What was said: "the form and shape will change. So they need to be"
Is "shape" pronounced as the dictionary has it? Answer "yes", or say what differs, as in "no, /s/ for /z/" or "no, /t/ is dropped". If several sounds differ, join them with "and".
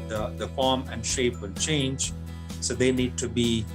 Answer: yes